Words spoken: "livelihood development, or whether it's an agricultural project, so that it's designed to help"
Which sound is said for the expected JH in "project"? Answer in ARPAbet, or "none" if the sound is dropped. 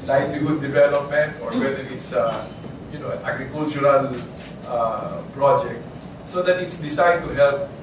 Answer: JH